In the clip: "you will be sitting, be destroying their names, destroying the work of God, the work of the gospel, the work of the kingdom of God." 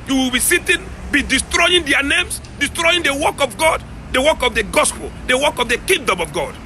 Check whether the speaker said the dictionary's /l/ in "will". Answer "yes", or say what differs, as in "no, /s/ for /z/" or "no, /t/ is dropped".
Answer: yes